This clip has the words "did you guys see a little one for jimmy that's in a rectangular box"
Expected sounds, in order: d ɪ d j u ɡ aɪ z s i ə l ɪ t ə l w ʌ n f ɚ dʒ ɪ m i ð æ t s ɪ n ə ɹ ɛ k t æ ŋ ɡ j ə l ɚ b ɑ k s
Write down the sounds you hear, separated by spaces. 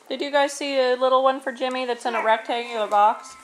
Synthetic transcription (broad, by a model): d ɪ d j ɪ ɡ aɪ z s i ə l ɪ t l w ʌ n f ɚ dʒ ɪ m i ð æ t s ɪ n ə ɹ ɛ k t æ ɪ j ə ɚ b ɑ k s